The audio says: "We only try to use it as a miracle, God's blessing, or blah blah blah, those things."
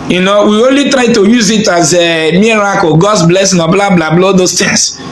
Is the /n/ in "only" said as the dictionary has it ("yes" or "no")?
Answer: yes